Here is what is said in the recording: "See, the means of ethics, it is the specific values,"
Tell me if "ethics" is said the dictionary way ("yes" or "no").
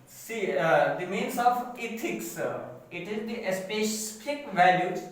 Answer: no